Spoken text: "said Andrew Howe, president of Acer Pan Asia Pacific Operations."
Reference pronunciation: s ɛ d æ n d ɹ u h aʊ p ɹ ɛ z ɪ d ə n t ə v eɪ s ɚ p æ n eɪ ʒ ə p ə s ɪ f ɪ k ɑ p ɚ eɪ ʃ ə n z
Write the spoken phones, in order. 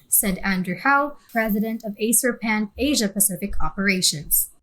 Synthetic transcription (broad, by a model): s ɛ d æ n d ɹ u h aʊ p ɹ ɛ z ɪ d ə n t ə v eɪ s ɚ p æ n eɪ ʒ ə p ə s ɪ f ɪ k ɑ p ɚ eɪ ʃ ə n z